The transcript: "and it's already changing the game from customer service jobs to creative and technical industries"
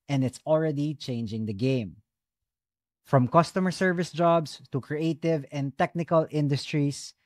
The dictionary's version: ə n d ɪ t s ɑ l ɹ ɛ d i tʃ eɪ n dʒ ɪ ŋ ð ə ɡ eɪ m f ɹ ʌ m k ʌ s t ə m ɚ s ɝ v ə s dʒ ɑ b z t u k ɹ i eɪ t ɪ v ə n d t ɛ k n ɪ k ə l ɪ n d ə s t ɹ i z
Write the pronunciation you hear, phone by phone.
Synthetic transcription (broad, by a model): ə n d ɪ t s ɑ l ɹ ɛ d i tʃ eɪ n dʒ ɪ ŋ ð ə ɡ eɪ m f ɹ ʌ m k ʌ s t ə m ɚ s ɝ v ə s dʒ ɑ b s t u k ɹ i eɪ t ɪ v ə n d t ɛ k n ɪ k ə l ɪ n d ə s t ɹ i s